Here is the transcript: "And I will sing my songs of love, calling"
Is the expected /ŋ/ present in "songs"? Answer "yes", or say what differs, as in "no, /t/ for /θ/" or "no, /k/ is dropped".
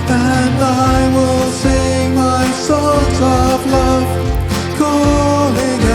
no, /ŋ/ is dropped